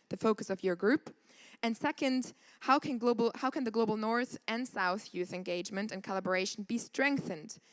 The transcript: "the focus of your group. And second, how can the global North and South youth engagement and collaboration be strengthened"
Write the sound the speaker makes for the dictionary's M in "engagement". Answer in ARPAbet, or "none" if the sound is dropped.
M